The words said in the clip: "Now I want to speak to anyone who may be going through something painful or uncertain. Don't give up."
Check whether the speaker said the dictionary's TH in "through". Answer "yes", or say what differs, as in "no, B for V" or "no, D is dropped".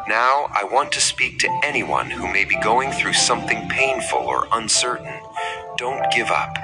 yes